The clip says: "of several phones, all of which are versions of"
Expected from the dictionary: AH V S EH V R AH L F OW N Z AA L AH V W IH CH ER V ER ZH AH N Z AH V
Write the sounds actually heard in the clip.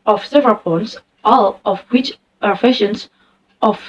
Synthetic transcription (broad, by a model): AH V S EH V R AH L P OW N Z AA L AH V W IH CH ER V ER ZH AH N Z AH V